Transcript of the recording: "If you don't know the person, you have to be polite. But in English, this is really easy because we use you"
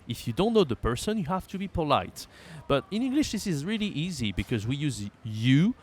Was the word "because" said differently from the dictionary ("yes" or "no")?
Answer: no